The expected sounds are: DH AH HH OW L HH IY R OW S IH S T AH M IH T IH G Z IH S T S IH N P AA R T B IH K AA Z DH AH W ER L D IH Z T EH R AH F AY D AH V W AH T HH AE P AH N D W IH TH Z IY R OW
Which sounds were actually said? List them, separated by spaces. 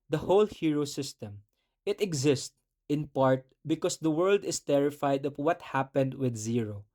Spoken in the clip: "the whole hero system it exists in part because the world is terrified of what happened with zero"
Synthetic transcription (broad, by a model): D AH HH OW L HH IY R OW S IH S T AH M IH T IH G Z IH S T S IH N P AA R T B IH K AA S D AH W ER L D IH S T EH R AH F AY D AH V W AH T HH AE P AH N D W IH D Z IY R OW